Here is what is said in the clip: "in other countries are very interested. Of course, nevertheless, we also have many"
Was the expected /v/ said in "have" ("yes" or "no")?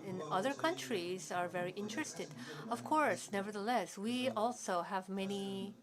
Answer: yes